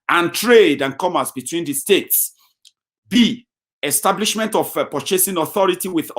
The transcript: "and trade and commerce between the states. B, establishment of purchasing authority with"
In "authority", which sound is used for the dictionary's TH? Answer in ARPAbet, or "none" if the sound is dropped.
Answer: TH